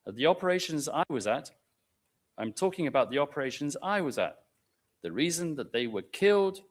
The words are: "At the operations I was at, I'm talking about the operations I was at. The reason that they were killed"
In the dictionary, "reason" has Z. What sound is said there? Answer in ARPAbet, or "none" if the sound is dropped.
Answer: Z